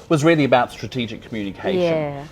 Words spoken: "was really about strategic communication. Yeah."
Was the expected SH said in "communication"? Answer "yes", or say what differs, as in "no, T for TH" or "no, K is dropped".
no, SH is dropped